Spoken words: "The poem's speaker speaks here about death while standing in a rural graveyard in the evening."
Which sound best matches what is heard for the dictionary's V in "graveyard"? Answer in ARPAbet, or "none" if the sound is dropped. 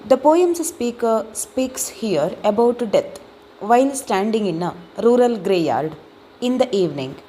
none